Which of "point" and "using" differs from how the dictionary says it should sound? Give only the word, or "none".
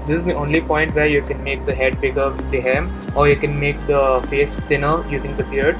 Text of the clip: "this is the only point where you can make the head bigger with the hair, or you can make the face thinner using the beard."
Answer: none